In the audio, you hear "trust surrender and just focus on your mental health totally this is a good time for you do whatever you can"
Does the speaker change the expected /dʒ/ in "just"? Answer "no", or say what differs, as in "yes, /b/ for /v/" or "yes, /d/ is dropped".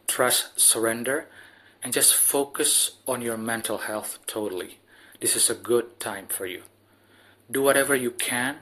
no